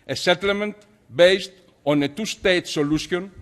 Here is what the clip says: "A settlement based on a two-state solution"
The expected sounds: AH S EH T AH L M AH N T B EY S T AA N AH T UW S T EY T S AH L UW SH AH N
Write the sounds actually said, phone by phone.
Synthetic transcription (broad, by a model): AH S EH T AH L M AH N T B EY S T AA N AH T UW S T EY T S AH L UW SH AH N